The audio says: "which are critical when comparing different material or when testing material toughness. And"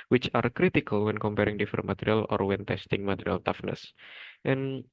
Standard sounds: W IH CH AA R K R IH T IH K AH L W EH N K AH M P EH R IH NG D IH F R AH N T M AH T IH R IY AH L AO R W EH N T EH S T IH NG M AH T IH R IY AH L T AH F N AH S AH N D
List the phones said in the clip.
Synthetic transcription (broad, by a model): W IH CH AA R K R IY T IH K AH L W EH N K AH M P EH R IH NG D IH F AH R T M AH T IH R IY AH L AO R W EH N T EH S T IH NG M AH T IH R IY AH L T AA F N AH S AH N